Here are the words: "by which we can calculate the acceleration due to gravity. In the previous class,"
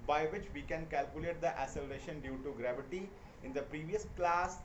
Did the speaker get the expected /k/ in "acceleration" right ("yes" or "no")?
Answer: no